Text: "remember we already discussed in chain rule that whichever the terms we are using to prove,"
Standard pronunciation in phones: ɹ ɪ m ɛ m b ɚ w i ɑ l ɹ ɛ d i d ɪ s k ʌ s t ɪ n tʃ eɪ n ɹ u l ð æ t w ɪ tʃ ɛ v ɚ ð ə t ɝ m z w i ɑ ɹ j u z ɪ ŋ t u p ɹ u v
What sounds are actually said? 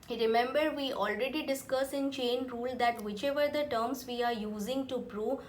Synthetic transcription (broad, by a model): ɹ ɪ m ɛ m b ɚ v i ɑ l ɹ ɛ d i d ɪ s k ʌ s ɪ n tʃ eɪ n ɹ u l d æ t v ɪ tʃ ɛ v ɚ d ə t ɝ m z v i ɑ ɹ j u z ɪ ŋ t u p ɹ u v